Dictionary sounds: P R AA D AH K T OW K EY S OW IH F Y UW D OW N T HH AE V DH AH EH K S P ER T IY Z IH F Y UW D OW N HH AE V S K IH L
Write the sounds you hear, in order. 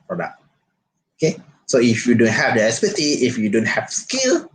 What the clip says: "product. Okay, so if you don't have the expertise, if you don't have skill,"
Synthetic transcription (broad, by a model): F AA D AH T OW K EY S OW IH F Y UW D OW N T HH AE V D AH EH S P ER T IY IH F Y UW D OW N HH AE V S K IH L